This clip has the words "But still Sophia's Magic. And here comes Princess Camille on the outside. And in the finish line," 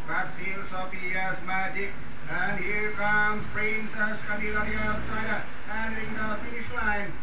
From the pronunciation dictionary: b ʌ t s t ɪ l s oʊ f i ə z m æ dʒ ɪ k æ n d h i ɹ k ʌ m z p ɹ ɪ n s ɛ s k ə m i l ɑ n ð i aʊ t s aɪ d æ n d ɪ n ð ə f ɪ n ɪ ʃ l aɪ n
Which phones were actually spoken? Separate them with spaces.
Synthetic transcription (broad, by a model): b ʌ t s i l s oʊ p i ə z m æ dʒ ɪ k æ n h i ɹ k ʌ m p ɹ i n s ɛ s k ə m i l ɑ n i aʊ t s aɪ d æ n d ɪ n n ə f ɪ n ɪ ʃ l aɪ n